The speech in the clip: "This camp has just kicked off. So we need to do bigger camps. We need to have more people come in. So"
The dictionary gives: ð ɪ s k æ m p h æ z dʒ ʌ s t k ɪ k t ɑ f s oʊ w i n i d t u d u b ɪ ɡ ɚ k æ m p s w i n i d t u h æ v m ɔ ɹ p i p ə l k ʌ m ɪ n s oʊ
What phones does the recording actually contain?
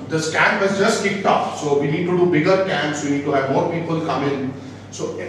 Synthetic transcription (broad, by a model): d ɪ s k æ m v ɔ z dʒ ʌ s t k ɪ k t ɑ p s oʊ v i n i d t u d u b ɪ ɡ ɚ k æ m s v i n i d t u h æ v m ɔ ɹ p i p ə l k ʌ m ɪ n s oʊ